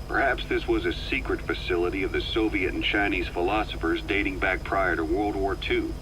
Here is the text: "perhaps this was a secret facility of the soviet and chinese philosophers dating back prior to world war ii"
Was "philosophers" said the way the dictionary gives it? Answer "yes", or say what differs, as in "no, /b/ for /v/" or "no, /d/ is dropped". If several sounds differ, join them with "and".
yes